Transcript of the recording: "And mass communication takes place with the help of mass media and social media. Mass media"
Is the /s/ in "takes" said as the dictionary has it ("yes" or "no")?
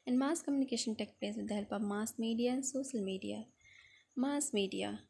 no